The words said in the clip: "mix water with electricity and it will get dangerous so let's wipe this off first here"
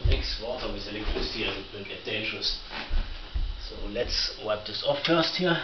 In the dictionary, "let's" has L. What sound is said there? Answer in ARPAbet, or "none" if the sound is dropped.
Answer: L